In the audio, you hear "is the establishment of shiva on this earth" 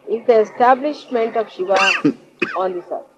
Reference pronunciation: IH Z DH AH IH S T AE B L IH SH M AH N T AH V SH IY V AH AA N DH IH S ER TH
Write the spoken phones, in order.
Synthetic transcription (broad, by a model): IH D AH IH S T AE B L IH SH M AH N T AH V SH IY V AH AA N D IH S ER